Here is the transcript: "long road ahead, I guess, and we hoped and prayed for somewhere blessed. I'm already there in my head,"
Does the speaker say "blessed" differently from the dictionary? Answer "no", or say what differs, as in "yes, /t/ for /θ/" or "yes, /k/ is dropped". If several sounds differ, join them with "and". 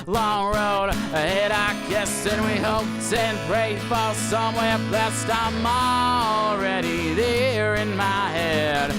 no